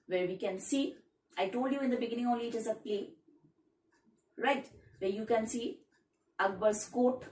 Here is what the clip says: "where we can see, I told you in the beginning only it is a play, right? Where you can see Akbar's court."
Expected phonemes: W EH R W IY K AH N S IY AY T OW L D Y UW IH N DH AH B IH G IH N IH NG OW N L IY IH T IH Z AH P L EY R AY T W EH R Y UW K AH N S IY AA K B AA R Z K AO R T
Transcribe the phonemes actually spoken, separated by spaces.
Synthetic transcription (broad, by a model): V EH R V IY K AH N S IY AY T OW L D Y UW IH N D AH B IH G IH N IH NG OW L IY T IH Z AH P L EY R AY T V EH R Y UW K AH N S IY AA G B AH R S K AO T